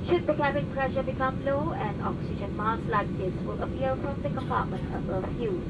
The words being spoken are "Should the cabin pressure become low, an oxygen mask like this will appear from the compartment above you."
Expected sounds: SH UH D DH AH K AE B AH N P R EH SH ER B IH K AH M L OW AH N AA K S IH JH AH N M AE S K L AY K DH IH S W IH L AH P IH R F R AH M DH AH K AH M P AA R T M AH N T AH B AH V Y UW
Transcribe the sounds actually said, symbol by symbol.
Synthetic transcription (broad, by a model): SH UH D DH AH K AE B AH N P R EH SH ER B IH K AH M L OW AH N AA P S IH SH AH N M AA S L AY K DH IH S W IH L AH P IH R F R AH M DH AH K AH M P AA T M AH N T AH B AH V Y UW